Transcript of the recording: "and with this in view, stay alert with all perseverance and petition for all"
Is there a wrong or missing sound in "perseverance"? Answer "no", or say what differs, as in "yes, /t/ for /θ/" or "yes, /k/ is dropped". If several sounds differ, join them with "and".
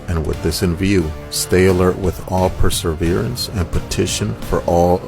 no